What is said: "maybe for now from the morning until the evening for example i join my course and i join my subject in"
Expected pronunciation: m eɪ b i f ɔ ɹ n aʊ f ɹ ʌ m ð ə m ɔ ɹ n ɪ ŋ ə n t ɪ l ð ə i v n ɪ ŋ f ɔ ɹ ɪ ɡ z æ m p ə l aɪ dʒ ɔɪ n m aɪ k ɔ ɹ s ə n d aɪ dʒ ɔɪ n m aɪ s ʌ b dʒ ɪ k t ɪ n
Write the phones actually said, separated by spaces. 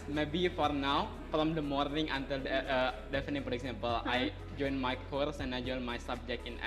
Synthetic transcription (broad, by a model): m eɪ b i f ɔ ɹ n aʊ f ɹ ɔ m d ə m ɔ ɹ n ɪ ŋ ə n t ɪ l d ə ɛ f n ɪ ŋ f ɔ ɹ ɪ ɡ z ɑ m p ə l aɪ dʒ ɔɪ n m aɪ k ɔ ɹ s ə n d aɪ dʒ ɔɪ n m aɪ s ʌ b dʒ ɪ k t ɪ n